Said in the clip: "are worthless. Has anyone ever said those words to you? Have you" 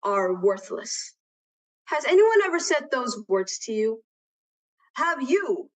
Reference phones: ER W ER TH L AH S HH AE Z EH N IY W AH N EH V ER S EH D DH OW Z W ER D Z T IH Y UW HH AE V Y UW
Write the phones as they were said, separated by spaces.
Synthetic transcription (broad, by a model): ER W ER TH L AH S HH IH Z EH N IY W AH N EH V ER S EH D DH OW Z W ER D Z T IH Y UW HH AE V Y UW